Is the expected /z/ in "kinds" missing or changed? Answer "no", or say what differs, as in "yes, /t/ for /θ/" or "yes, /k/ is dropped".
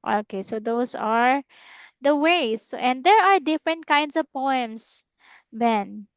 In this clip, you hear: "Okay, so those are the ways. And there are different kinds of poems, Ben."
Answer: yes, /s/ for /z/